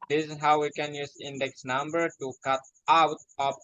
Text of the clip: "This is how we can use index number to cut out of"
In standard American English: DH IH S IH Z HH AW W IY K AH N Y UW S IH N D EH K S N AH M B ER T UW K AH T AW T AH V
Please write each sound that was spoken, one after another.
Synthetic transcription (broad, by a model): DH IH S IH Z HH AW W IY K AH N Y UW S IH N D EH K S N AH M B ER T UW K AH T AW T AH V